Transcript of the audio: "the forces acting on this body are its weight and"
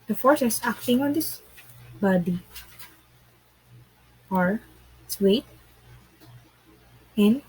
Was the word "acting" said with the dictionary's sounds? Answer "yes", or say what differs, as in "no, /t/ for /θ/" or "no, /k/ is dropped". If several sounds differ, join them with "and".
yes